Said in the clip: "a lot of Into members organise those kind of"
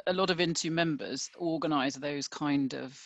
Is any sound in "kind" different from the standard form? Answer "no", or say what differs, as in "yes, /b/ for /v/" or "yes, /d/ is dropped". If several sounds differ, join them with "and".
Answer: no